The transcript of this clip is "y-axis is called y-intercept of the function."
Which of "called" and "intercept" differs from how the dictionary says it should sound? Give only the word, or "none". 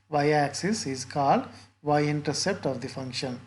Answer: none